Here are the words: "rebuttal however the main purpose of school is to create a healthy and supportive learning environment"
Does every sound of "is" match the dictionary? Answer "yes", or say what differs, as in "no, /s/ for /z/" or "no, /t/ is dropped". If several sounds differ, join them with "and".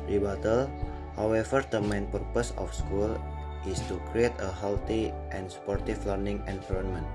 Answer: no, /s/ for /z/